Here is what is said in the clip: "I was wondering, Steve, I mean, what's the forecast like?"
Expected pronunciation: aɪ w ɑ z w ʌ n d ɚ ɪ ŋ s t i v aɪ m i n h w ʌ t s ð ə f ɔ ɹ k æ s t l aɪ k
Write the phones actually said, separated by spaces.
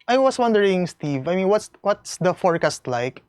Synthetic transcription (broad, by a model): aɪ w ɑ s w ʌ n d ɚ ɪ ŋ s t i v aɪ m i n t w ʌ t s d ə f ɔ ɹ k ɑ s t l aɪ k